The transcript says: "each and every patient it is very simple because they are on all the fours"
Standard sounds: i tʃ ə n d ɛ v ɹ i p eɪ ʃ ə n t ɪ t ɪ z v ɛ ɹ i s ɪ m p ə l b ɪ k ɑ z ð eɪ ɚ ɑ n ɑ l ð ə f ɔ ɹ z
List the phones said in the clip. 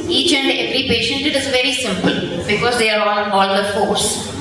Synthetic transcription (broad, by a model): i tʃ ə n d ɛ v ɹ i p eɪ ʃ ə n t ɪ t ɪ z v ɛ ɹ i s ɪ m p ə l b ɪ k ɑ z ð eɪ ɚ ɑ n ɑ l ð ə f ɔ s